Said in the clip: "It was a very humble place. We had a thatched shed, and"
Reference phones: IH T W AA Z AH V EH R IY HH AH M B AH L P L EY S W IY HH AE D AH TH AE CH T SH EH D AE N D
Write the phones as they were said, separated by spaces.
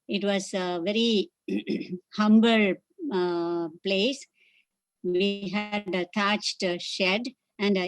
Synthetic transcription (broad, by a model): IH T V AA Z AH V EH R IY HH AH M B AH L P L EY S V IY HH AE D AH T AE CH T SH EH D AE N D